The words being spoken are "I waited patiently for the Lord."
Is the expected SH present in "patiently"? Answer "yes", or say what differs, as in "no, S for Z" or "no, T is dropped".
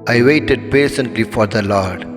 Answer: no, S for SH